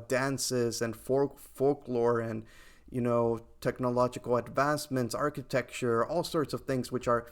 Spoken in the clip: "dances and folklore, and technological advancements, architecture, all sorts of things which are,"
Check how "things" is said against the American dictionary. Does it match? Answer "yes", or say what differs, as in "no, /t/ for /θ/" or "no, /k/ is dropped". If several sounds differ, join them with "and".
yes